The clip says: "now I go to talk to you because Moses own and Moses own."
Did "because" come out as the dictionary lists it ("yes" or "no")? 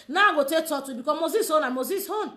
no